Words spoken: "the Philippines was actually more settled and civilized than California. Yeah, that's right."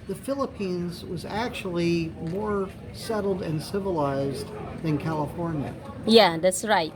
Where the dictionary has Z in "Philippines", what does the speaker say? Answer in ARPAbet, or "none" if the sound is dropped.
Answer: Z